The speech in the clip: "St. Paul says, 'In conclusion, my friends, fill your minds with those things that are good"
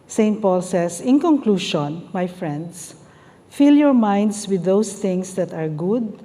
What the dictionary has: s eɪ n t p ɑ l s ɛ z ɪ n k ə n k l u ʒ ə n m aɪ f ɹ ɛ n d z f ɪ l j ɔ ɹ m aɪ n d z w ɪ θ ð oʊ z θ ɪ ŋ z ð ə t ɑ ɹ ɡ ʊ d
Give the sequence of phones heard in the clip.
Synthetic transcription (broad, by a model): s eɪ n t p ɑ l s ɛ s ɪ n k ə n k l u ʃ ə n m aɪ f ɹ ɛ n d s f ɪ l j ɔ ɹ m aɪ n d s w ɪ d oʊ s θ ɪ ŋ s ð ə t ɑ ɹ ɡ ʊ d